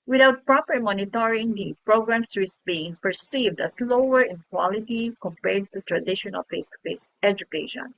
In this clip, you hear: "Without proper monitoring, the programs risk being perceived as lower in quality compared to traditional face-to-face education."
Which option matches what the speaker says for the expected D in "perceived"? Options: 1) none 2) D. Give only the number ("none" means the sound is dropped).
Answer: 2